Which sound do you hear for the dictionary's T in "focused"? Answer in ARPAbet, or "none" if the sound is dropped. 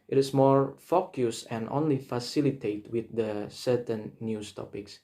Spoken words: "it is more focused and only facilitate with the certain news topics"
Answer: none